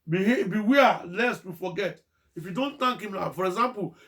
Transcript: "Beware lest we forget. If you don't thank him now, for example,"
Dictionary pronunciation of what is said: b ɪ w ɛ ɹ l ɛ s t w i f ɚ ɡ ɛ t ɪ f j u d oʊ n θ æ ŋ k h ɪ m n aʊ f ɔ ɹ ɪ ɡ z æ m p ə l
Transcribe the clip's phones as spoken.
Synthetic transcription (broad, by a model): b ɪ w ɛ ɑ l ɛ s t w i f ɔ ɡ ɛ t ɪ f j u d oʊ n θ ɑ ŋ k h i m l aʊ f ɔ ɹ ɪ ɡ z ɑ m p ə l